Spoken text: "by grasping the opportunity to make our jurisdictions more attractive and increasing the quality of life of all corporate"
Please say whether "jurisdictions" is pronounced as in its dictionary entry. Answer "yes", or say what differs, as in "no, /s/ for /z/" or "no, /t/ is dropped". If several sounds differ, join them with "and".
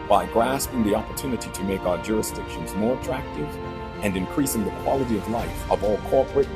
yes